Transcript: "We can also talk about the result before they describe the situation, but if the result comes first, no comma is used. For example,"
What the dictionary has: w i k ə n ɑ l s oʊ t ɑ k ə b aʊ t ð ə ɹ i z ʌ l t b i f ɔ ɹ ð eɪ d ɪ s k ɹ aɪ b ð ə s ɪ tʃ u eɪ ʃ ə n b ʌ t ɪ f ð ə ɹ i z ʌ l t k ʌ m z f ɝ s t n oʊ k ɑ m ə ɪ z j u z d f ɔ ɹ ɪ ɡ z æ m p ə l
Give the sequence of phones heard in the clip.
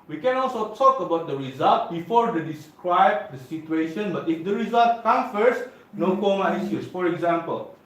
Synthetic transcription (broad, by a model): w i k ə n ɑ l s oʊ t ɑ k ə b aʊ t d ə ɹ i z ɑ l t b i f ɔ ɹ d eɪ d ɪ s k ɹ aɪ b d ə s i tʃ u eɪ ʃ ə n b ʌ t ɪ f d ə ɹ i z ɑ l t k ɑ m f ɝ s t n oʊ k ɑ m ə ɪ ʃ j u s f ɔ ɹ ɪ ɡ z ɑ m p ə l